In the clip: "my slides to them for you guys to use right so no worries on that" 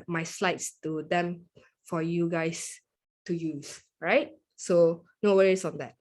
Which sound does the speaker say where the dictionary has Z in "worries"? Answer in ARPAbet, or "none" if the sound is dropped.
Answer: S